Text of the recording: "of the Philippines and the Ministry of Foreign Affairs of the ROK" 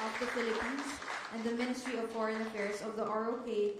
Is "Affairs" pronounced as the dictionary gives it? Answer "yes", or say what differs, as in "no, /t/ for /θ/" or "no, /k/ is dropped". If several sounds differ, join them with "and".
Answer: no, /s/ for /z/